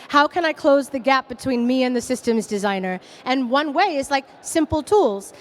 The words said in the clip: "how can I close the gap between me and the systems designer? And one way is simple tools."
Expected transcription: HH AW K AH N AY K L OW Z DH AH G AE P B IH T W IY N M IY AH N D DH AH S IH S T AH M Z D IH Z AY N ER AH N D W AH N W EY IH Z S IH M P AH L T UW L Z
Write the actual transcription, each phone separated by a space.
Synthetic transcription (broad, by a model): HH AW K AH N AY K L OW Z DH AH G AE P B IH T W IY N M IY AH N DH AH S IH S T AH M Z D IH Z AY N ER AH N W AH N W EY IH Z S IH M P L T UW L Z